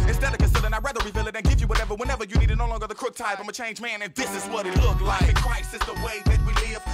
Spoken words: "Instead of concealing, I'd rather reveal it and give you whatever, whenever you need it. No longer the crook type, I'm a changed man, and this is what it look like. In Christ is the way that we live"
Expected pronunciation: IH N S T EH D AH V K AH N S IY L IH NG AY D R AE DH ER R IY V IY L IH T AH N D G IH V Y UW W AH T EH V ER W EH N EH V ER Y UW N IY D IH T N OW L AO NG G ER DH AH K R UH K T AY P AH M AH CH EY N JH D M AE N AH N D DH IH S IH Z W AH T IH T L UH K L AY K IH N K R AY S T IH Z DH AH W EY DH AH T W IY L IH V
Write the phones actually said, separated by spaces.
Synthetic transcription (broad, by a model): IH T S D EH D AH K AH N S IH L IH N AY R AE DH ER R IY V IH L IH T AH N G IH V Y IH W AH T EH V ER W EH N EH V ER Y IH N IY D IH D N OW L AO NG G ER DH AH K R UH K T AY F AH M AH CH EY N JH M AE N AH N DH IH S IH Z W AH T IH T L UH K L AY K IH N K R AY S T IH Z DH AH W EY DH AH T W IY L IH